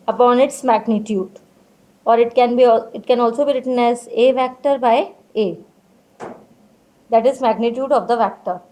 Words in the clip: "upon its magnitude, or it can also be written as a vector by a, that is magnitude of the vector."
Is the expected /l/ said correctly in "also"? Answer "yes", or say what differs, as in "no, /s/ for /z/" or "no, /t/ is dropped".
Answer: yes